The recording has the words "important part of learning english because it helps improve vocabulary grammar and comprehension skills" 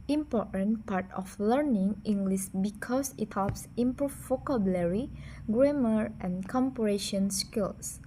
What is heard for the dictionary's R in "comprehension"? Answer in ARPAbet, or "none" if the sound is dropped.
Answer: none